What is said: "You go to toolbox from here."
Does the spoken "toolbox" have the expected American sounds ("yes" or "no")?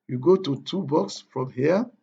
no